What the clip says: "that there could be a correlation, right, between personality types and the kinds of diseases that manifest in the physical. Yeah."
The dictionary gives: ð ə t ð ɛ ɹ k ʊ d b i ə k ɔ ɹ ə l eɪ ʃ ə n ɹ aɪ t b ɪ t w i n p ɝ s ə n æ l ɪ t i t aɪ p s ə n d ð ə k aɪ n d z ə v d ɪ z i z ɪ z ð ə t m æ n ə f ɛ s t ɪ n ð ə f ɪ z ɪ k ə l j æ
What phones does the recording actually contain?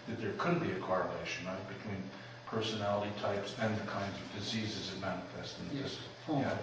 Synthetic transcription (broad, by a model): ð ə t ð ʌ ɹ k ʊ d b i ə k ɔ ɹ ə l eɪ ʃ ə n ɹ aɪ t b ɪ t w i n p ɝ s ə n æ l ɪ t i t aɪ p s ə n ð ə k aɪ n d z ə v d ɪ z i z ɪ z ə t m æ n ə f ɛ s t ɪ n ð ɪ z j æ